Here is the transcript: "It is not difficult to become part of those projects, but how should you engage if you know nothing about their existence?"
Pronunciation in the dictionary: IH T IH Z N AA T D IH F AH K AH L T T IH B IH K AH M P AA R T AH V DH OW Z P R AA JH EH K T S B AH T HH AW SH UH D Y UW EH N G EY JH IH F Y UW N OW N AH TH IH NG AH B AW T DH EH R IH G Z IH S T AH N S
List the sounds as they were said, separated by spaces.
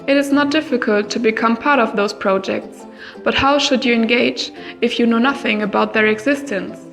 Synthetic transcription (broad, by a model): IH T IH Z N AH T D IH F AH K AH L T T IH B IH K AH M P AA R T AH V DH OW Z P R AA JH EH K T S B AH T HH AW SH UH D Y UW EH N G EY JH IH F Y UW N OW N AH TH IH NG AH B AW T DH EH R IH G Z IH S T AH N S